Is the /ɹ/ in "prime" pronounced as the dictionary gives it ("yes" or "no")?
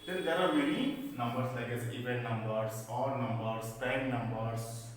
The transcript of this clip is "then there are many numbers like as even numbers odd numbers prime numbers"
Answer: no